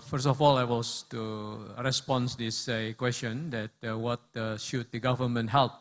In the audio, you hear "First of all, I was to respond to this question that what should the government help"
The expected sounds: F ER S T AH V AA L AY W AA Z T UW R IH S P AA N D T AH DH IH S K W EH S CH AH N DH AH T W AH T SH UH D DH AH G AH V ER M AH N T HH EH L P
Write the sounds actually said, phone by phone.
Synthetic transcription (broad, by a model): F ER S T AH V AA L AY W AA S T UW R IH S P AA N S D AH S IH K W EH S CH AH N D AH T W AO T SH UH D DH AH G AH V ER M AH N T HH EH L P